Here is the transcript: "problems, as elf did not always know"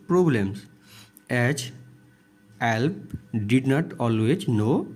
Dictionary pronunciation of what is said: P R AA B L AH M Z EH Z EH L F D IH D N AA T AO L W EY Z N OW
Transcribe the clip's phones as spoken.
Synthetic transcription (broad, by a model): P R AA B L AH M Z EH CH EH L P D IH D N AA T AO L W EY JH N OW